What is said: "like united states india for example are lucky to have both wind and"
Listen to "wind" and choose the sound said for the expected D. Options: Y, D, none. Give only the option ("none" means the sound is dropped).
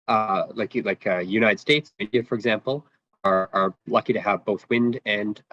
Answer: D